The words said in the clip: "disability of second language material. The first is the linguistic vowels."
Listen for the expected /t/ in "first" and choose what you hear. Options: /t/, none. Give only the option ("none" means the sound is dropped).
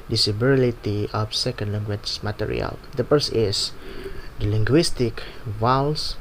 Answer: none